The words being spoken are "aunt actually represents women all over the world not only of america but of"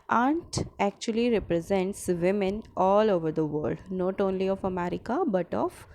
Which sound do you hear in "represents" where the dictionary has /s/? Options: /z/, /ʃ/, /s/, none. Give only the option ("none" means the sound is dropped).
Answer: /s/